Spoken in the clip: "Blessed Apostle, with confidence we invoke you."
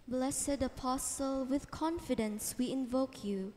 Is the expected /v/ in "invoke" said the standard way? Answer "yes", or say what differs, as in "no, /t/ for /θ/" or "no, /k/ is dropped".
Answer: yes